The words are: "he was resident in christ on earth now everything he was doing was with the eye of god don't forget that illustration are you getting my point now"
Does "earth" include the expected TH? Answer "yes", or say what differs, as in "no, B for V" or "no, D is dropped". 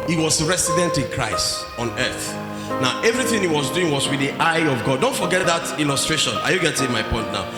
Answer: yes